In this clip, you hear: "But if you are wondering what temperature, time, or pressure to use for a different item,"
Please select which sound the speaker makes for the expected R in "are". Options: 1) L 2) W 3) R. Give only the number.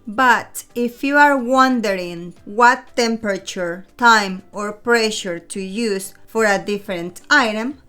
3